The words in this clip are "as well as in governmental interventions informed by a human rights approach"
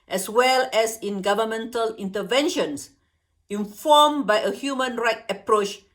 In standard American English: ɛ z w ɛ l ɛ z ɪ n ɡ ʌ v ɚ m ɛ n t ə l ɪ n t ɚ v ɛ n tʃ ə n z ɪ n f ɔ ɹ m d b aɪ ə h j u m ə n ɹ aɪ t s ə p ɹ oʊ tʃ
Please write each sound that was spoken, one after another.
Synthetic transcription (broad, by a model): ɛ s w ɛ l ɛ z ɪ n ɡ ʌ v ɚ m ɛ n t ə l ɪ n t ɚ v ɛ n ʃ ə n s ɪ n f ɔ m b aɪ ə h j u m ə n ɹ aɪ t ə p ɹ oʊ tʃ